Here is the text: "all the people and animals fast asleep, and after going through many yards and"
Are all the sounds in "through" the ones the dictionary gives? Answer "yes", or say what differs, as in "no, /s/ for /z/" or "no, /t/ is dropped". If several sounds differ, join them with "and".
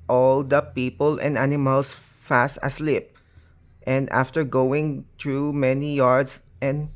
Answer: no, /t/ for /θ/